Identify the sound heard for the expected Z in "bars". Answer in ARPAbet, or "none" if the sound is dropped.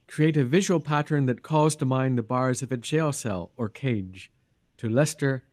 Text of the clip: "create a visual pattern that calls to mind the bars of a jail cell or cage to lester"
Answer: Z